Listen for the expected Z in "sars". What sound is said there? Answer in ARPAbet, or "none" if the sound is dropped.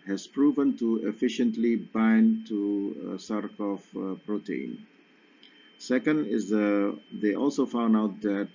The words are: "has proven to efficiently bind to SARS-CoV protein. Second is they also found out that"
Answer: none